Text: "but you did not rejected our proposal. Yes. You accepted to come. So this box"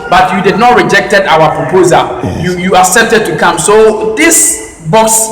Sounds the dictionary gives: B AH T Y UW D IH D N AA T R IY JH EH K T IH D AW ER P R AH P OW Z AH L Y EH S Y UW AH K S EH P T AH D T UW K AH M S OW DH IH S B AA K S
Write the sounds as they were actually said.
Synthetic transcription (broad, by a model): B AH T Y UW D IH D N AA T R IY JH EH K T IH D AW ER P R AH P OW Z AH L Y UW Y UW AH K S EH P T AH D T UW K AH M S OW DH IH S B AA K S